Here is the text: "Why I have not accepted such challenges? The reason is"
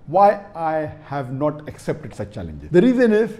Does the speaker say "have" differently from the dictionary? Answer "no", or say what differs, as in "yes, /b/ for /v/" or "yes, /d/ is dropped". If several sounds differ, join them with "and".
no